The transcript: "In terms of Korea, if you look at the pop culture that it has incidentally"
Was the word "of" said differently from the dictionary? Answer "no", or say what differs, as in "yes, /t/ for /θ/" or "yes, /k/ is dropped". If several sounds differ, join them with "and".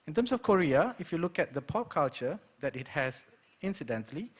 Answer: yes, /f/ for /v/